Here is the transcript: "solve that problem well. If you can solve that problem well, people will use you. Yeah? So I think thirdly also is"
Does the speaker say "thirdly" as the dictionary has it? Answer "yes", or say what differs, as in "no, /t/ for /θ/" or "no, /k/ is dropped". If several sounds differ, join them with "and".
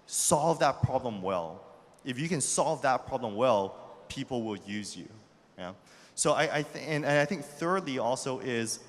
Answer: yes